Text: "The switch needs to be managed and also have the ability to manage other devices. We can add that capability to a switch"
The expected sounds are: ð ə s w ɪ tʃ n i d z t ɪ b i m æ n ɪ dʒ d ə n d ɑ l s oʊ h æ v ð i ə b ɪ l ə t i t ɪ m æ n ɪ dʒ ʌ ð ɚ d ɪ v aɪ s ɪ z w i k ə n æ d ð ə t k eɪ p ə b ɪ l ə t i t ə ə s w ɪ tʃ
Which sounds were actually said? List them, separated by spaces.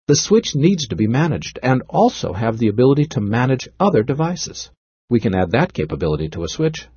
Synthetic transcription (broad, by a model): ð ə s w ɪ tʃ n i d z t ɪ b i m æ n ɪ dʒ d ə n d ɑ l s oʊ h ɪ v ð i ə b ɪ l ə t i t ɪ m æ n ɪ dʒ ʌ ð ɚ d ɪ v aɪ s ɪ z w i k ə n æ d ð ə t k eɪ p ə b ɪ l ə t i t ə ə s w ɪ tʃ